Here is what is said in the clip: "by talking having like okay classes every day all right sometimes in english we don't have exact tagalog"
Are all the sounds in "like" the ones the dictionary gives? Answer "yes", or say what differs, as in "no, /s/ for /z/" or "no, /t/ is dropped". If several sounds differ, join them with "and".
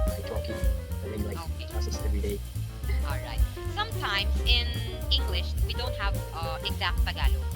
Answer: no, /k/ is dropped